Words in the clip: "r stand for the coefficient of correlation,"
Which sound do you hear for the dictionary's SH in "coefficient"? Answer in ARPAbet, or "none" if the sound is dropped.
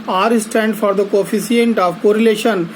S